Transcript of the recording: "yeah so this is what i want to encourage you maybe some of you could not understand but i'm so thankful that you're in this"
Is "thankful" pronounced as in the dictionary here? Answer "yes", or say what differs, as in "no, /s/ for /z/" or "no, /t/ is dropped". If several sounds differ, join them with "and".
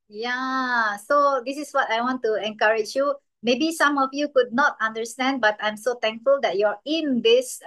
no, /t/ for /θ/